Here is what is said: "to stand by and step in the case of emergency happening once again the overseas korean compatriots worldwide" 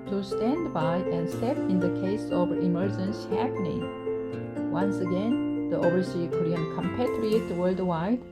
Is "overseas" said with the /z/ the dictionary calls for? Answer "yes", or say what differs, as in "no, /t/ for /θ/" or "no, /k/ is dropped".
no, /z/ is dropped